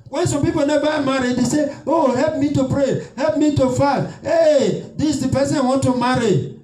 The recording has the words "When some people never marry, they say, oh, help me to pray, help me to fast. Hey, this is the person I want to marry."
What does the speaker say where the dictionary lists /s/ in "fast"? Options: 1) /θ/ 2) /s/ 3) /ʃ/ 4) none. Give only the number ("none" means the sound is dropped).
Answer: 4